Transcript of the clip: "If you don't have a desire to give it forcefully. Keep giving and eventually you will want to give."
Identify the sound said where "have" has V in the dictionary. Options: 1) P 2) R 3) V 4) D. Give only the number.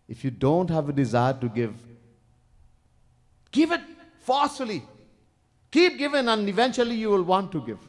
3